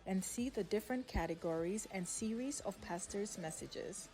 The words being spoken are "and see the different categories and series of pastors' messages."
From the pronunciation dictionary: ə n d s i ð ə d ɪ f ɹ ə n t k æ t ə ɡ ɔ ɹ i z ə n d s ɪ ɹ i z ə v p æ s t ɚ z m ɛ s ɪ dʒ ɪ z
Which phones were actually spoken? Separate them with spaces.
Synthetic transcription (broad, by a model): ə n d s i ð ə d ɪ f ɹ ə n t k æ t ə ɡ ɔ ɹ i z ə n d s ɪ ɹ i z ə v p æ s t ɚ z m ɛ s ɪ dʒ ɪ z